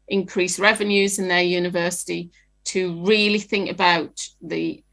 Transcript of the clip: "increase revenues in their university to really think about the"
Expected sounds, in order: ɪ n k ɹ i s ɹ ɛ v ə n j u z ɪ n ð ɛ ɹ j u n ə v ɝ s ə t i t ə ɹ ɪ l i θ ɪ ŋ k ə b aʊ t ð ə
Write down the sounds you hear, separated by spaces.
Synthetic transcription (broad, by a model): ɪ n k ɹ i s ɹ ɛ v ə n j u z ɪ n ð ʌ j u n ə v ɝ s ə t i t ə ɹ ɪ l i θ ɪ ŋ k ə b aʊ t ð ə